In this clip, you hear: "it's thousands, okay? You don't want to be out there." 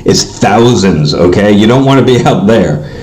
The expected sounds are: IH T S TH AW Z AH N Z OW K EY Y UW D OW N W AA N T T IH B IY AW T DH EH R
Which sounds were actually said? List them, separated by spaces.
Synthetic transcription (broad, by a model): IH T S TH AW Z AH N Z OW K EY Y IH D OW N W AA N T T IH B IY AW T DH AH R